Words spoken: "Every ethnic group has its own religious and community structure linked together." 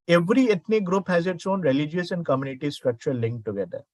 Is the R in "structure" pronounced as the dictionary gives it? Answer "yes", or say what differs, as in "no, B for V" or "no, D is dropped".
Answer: yes